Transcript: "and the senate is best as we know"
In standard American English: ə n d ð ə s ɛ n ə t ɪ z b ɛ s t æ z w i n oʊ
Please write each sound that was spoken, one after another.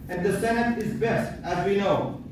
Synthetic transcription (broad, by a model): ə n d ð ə s ɛ n ə t ɪ z b ɛ s t æ z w i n oʊ